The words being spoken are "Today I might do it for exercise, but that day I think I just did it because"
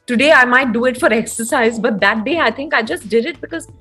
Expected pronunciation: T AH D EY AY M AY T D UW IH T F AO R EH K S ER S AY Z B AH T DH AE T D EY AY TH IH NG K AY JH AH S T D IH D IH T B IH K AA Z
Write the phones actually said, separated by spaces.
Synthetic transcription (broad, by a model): T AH D EY AY M AY T D UW IH T F AO R EH K S ER S AY Z B AH T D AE T D EY AY T IH NG K AY JH AH S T D IH D IH T B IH K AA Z